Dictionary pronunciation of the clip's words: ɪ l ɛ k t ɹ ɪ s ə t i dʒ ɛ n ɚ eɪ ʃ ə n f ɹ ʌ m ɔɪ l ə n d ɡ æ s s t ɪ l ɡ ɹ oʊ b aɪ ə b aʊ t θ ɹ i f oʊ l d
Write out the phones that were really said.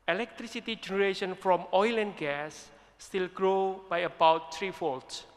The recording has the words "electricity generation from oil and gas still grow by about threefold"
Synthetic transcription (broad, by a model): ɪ l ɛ k t ɹ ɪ s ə t i dʒ ɛ n ɚ eɪ ʃ ə n f ɹ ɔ m ɔɪ l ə n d ɡ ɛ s s t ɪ l ɡ ɹ oʊ b aɪ ə b aʊ t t ɹ i f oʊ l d